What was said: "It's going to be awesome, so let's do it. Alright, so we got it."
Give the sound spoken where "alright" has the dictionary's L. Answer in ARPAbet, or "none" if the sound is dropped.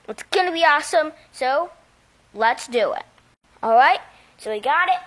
L